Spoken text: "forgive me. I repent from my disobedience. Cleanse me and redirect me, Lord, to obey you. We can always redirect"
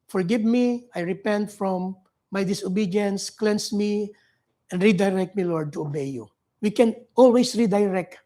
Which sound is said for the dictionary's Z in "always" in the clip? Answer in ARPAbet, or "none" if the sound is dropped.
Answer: S